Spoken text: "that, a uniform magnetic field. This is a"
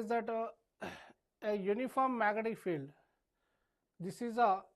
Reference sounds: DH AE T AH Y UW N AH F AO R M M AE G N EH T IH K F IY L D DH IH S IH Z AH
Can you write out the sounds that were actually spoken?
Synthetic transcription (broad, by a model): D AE T AH Y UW N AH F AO R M M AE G AH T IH F IY L D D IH S IH Z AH